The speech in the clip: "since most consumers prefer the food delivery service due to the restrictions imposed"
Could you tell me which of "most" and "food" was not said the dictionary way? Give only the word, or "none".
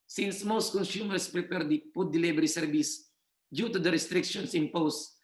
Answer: food